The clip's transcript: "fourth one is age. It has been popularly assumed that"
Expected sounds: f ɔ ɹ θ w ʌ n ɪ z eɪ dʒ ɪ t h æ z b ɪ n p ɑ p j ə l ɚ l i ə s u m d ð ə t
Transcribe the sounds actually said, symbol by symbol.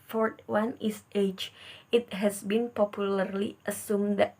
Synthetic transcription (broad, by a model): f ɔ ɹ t w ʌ n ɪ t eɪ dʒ ɪ t h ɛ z b ɪ n p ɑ p j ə l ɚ l i ə s u m d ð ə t